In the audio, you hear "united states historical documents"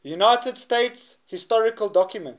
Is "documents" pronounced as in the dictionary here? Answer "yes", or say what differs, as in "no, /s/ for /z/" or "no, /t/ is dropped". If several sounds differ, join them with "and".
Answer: no, /s/ is dropped